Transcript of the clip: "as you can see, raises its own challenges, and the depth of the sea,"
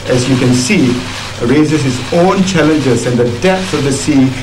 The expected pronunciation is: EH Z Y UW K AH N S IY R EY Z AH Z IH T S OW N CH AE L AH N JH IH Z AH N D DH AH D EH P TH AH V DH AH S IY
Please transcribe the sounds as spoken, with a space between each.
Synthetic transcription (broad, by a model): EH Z Y UW K AH N S IY R EY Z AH S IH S OW N CH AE L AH N JH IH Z AH N D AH D EH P S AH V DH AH S IY